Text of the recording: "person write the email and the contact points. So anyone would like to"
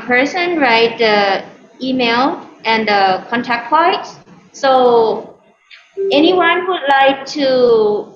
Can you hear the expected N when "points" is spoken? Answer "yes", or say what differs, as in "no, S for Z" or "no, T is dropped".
no, N is dropped